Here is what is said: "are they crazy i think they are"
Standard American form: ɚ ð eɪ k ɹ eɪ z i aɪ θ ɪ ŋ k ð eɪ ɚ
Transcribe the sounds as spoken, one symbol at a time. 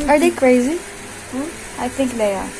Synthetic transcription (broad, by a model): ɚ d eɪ k ɹ eɪ z i aɪ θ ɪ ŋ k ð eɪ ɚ